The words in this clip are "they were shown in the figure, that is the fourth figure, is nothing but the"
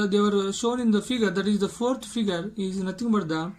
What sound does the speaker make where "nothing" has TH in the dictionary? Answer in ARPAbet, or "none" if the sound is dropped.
T